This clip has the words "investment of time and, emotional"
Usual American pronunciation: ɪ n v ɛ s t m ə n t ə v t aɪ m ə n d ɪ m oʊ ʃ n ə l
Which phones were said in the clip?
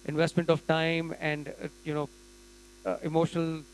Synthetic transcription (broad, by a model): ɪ n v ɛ s t m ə n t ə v t aɪ m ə n d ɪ m oʊ ʃ n ə l